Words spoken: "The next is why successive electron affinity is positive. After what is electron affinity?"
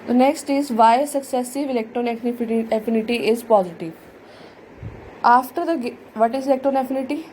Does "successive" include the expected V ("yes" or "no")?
yes